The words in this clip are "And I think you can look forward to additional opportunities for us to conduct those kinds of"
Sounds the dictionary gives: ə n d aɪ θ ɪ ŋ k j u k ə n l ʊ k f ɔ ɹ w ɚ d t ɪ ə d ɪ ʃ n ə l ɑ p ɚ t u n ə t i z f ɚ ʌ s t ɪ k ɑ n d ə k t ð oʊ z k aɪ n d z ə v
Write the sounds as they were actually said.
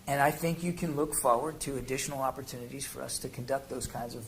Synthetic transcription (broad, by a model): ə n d aɪ θ ɪ ŋ k j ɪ k ə n l ʊ k f ɔ ɹ w ɚ d t ɪ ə d ɪ ʃ n l ɑ p ɚ t u n ə t i z f ɚ ʌ s t ɪ k n d ə k t ð oʊ z k aɪ n d z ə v